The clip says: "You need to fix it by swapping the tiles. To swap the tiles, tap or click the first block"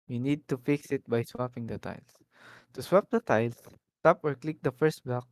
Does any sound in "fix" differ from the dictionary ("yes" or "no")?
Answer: no